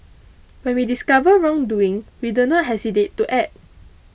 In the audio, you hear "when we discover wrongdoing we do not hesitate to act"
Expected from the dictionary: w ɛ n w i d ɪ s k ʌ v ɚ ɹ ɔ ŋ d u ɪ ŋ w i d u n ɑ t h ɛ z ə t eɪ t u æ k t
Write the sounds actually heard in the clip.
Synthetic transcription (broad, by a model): w ɛ n w i d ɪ s k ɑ v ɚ ɹ ɔ ŋ d u ɪ ŋ w i d u n ɑ t h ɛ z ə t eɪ t u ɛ t